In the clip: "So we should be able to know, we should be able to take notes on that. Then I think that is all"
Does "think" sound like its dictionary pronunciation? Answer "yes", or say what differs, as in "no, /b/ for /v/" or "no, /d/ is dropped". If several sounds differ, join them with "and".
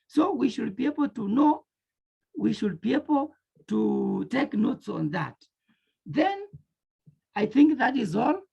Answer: yes